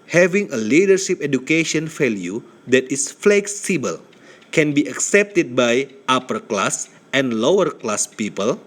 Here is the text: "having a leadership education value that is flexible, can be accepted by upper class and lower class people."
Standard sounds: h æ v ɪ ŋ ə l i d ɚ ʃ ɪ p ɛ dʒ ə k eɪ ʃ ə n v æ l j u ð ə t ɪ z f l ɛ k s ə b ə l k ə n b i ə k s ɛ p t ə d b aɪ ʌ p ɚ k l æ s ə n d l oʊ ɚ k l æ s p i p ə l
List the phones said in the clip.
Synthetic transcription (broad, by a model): h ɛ v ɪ ŋ ə l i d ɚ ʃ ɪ p ɛ dʒ ə k eɪ ʃ ə n f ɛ l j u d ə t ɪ s f l ɛ k s ə b ə l k ə n b i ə k s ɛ p t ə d b aɪ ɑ p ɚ k l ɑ s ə n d l oʊ ɚ k l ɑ s p i p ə l